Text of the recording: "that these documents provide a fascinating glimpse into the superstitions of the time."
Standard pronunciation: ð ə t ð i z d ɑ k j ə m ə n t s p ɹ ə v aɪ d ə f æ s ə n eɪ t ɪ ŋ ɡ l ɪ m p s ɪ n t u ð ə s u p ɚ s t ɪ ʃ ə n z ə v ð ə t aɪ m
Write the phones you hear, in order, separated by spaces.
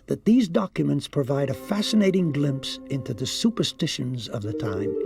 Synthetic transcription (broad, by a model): ð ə t ð i z d ɑ k j ə m ə n t s p ɹ ə v aɪ d ə f æ s ə n eɪ t ɪ ŋ ɡ l ɪ m p s ɪ n t u ð ə s u p ɚ s t ɪ ʃ ə n z ə v ð ə t aɪ m